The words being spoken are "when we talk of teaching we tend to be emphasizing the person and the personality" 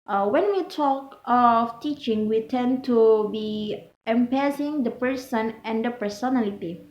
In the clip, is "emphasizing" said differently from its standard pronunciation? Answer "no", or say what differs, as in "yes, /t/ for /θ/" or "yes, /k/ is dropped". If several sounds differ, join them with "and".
yes, /p/ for /f/